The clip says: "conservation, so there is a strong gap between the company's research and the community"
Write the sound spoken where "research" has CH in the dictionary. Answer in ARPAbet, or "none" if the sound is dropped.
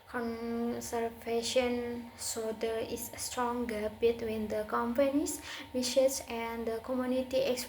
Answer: S